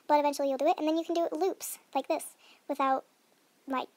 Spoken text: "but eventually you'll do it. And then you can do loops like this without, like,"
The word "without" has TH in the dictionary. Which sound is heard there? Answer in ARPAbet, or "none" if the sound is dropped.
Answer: TH